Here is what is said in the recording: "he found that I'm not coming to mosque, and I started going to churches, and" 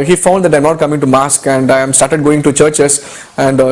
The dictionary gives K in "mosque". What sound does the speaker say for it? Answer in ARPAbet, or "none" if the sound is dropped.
K